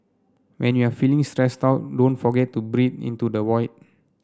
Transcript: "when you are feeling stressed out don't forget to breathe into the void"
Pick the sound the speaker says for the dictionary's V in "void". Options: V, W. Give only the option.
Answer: W